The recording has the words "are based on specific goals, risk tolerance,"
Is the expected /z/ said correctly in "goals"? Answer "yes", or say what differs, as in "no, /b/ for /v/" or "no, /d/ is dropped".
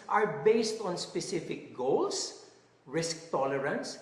no, /s/ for /z/